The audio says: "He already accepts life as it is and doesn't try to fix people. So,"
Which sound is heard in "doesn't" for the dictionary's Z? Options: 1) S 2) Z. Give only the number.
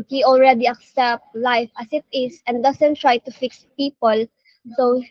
1